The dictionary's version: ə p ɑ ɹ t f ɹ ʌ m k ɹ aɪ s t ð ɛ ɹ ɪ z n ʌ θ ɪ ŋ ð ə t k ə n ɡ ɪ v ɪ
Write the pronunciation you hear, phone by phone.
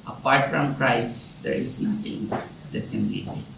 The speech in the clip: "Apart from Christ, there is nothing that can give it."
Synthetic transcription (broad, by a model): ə p ɑ ɹ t f ɹ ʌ m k ɹ aɪ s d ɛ ɹ ɪ z n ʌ t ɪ ŋ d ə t k ə n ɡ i ɪ